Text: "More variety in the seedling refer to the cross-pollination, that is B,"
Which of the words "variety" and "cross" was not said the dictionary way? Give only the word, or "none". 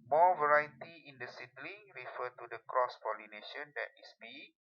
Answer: none